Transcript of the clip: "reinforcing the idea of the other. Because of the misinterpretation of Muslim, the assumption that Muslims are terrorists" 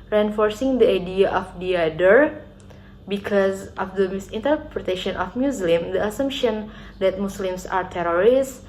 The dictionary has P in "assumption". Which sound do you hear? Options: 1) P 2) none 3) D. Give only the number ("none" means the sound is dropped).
1